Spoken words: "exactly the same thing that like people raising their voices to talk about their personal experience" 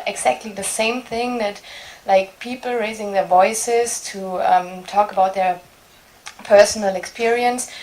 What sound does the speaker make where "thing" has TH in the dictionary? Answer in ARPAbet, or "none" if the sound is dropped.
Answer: TH